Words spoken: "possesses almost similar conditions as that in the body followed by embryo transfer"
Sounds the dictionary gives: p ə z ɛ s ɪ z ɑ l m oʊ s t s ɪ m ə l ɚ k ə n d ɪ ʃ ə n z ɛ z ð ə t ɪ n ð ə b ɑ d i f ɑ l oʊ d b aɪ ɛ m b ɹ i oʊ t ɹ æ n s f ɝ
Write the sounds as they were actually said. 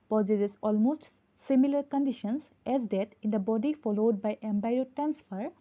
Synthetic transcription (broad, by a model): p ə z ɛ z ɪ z ɑ l m oʊ s t s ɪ m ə l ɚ k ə n d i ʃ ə n s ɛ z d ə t ɪ n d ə b ɑ d i f ɑ l oʊ d b aɪ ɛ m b i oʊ t ɹ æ n s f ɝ